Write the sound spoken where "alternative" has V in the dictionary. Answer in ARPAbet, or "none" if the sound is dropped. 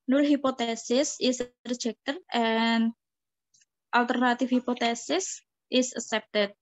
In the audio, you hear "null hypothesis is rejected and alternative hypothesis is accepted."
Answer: F